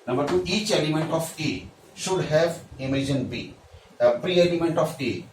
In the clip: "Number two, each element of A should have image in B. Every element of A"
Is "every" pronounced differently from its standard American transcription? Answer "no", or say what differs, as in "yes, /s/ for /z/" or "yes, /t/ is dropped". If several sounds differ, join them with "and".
yes, /p/ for /v/